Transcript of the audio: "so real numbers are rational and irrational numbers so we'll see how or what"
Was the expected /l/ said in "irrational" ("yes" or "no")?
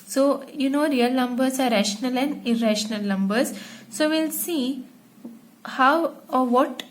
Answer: yes